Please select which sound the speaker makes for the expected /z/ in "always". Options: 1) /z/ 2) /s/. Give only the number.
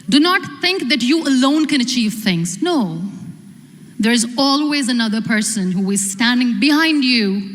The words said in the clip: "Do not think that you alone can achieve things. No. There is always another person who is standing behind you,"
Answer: 1